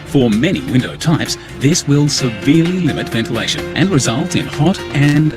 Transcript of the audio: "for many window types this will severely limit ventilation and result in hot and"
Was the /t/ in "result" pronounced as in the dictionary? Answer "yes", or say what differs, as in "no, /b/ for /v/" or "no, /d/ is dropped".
yes